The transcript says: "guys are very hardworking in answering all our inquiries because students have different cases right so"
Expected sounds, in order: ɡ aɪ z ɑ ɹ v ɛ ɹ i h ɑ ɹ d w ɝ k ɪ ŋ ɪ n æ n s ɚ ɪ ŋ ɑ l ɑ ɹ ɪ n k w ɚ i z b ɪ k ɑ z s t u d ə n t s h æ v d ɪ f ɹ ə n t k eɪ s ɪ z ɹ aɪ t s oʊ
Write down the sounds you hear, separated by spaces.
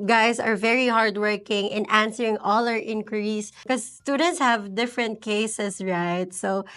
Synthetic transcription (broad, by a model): ɡ aɪ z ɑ ɹ v ɛ ɹ i h ɑ ɹ d w ɝ k ɪ ŋ ɪ n æ n s ɚ ɪ ŋ ɑ l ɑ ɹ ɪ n k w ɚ i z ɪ k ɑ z s t u d ə n t s h æ v d ɪ f ɹ ə n t k eɪ s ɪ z ɹ aɪ t s oʊ